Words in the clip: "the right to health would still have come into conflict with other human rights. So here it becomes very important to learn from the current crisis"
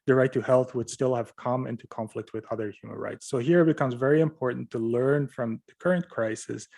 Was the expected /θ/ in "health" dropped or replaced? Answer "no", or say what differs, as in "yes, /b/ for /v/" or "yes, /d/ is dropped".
no